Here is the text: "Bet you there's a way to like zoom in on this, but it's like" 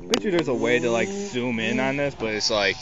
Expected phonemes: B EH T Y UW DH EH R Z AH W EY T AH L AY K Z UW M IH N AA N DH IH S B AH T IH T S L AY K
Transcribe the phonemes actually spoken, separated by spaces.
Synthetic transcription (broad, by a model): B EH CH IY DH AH R Z AH W EY T AH L AY K S UW M IH N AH N DH IH S B AH T IH T S L AY K